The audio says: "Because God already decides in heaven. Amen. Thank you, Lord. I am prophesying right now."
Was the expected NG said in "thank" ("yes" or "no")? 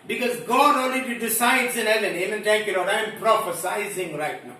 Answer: no